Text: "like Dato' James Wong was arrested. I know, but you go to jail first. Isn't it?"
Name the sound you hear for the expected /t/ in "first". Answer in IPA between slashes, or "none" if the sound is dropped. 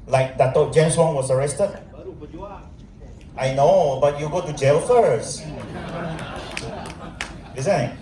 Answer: none